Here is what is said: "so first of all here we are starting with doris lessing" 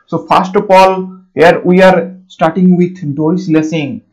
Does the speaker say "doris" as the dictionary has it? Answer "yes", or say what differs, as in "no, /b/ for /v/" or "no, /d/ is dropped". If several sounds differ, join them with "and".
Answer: no, /ɹ/ is dropped